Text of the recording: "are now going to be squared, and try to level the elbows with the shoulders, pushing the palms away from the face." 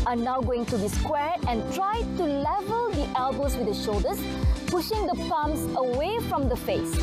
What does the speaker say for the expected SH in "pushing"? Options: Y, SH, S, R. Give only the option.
SH